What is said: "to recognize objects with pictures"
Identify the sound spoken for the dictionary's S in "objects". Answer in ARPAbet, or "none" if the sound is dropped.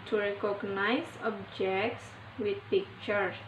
S